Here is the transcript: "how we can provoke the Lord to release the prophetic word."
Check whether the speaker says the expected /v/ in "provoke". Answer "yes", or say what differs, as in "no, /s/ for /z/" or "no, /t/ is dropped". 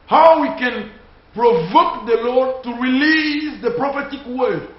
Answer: yes